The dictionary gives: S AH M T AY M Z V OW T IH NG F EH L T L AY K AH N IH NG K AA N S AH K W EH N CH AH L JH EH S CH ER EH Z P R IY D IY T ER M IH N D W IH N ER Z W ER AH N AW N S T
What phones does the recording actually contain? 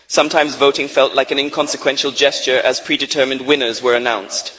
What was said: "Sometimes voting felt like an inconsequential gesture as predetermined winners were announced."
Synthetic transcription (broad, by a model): S AH M T AY M Z V OW T IH NG F EH L T L AY K AH N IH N K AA N S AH K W EH N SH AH L JH EH S CH ER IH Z P R IY D IY T ER M IH N D W IH N ER Z W ER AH N AW N S T